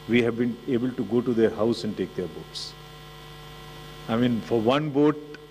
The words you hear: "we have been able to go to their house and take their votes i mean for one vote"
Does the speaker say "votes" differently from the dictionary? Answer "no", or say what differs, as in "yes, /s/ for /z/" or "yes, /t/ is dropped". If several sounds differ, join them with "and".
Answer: yes, /b/ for /v/